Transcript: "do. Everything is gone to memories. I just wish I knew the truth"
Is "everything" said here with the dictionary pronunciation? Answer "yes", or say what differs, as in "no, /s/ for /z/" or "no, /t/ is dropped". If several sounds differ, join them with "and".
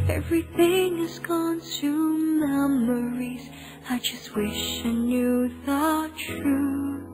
yes